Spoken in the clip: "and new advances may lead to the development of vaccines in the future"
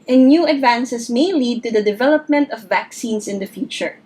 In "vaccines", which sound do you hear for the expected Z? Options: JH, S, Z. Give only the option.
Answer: S